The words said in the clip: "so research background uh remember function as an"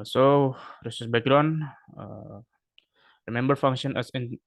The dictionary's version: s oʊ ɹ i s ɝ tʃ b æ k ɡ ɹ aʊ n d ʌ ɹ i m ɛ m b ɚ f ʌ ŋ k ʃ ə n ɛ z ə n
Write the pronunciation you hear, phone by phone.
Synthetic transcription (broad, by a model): s oʊ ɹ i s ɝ s b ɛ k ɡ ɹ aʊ n ʌ ɹ i m ɛ m b ɚ f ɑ ŋ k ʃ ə n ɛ s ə n